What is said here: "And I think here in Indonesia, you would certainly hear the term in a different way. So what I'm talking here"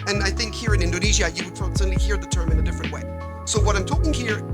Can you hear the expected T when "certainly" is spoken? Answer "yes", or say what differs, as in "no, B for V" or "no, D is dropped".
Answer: no, S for T